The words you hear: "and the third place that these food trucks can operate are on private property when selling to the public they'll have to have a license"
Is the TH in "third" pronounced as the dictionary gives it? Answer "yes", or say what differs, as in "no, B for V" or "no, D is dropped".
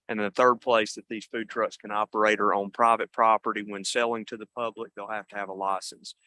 yes